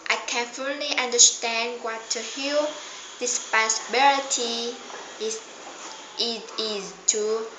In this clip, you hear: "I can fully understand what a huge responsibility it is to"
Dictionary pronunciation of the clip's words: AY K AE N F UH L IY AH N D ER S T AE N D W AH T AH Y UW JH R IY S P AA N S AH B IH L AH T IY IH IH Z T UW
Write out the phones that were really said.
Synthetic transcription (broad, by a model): AY K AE N F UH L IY AH N D ER S T AE N D W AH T AH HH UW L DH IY S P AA S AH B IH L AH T IY IH IH Z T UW